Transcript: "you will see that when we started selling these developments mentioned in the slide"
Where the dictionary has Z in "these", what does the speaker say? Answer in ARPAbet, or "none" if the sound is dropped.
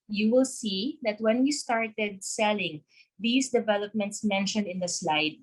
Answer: S